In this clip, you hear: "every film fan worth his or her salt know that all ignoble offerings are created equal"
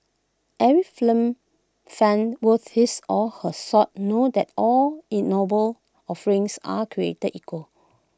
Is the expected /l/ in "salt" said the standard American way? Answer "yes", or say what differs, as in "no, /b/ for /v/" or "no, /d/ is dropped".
no, /l/ is dropped